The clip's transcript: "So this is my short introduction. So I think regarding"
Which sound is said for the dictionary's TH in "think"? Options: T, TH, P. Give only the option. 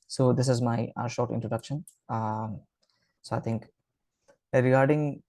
T